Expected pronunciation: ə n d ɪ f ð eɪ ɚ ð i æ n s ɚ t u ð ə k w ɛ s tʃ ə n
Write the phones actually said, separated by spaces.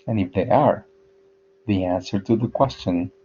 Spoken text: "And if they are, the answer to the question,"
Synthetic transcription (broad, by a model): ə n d ɪ f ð eɪ ɚ ð i æ n s ɚ t u ð ə k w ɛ s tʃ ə n